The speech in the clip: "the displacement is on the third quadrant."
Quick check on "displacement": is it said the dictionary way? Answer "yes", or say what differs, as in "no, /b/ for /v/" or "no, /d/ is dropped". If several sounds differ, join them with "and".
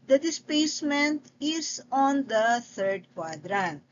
no, /l/ is dropped